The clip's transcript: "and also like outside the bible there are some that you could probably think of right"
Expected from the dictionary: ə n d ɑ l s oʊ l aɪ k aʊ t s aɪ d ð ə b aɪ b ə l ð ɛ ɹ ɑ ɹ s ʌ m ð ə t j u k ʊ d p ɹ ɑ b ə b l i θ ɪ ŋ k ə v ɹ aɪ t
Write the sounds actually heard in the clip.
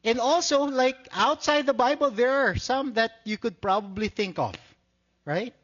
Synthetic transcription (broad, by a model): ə n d ɑ l s oʊ l aɪ k aʊ t s aɪ d ð ə b aɪ b ə l ð ɛ ɹ ɑ ɹ s ʌ m ð ə t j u k ʊ d p ɹ ɑ b ə b l i θ ɪ ŋ k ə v ɹ aɪ t